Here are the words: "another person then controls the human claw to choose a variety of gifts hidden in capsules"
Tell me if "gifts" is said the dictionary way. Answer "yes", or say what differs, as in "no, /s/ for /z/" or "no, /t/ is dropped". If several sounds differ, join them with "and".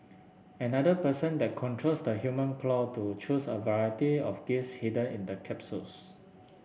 no, /f/ is dropped